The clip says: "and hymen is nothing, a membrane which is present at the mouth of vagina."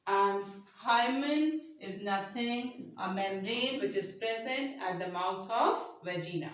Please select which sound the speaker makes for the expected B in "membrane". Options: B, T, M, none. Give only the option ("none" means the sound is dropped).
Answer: none